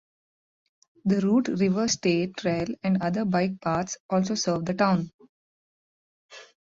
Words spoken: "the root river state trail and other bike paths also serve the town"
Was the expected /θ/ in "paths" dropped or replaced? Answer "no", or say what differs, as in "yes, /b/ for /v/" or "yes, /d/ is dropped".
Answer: yes, /t/ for /θ/